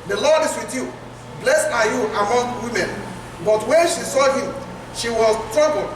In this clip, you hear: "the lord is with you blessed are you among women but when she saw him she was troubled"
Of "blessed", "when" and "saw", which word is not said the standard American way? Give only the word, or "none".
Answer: blessed